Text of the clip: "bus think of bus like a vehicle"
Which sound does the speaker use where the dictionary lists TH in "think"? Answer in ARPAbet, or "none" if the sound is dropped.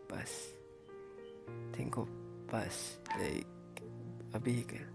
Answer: T